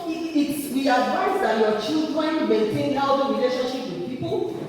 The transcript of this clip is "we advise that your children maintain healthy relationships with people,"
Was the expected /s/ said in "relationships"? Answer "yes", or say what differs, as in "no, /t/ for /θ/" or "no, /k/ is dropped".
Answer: no, /s/ is dropped